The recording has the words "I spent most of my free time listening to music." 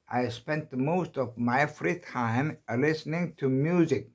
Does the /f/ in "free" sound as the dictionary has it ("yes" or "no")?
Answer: yes